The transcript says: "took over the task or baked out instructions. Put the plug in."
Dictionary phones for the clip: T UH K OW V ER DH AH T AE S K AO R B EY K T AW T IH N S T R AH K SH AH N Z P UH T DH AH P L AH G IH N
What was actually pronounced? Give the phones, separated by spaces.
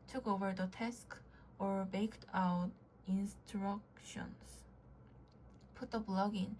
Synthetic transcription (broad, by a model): T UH K OW V ER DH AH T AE S K AO R B EY K T AW T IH N S T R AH K SH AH N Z P UH T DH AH B L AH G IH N